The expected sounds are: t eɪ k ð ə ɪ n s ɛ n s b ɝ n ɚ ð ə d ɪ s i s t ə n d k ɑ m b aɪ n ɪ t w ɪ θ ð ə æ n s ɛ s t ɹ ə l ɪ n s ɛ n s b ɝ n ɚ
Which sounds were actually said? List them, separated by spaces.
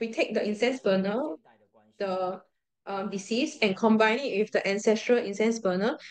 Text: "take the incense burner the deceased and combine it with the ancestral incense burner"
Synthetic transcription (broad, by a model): t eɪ k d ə ɪ n s ɛ n s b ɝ n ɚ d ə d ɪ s i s ə n k ɑ m b aɪ n ɪ t w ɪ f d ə æ n s ɛ s t ɹ ə l ɪ n s ɛ n s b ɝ n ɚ